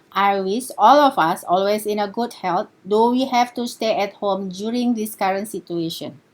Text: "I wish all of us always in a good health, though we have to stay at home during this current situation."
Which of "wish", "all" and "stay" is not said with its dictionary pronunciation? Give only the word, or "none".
wish